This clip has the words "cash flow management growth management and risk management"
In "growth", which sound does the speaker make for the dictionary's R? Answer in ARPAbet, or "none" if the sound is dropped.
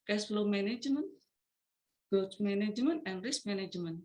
none